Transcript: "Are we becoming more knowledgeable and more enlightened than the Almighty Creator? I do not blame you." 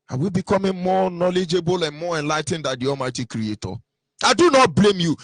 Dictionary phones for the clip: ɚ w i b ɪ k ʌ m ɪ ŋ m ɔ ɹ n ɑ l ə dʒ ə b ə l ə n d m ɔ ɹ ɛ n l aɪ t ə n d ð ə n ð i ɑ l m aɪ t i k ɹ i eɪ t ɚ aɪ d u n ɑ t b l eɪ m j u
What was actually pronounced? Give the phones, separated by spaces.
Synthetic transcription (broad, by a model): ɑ w i b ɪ k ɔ m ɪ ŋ m ɔ n ɑ l ə dʒ ə b ə l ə n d m ɔ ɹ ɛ n l aɪ t n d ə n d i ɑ m aɪ t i k ɹ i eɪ t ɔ aɪ d u n ɑ t b l eɪ m j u